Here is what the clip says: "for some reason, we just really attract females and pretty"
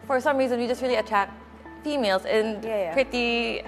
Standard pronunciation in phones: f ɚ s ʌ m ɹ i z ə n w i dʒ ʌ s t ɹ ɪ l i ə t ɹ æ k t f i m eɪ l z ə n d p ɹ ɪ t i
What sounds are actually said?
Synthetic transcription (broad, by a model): f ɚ s ʌ m ɹ i z ə n w i dʒ ʌ s t ɹ ɪ l i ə t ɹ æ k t f i m eɪ l z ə n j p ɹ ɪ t i